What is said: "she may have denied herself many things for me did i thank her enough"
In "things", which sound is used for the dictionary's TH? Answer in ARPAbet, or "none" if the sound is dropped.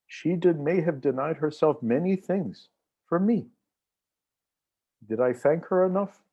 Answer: TH